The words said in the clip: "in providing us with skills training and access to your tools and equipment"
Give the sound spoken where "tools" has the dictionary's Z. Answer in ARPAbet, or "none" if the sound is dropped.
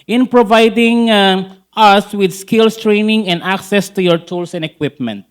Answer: S